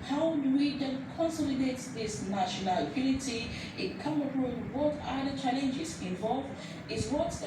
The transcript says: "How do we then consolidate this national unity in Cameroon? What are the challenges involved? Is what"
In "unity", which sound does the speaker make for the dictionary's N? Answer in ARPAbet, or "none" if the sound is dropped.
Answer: L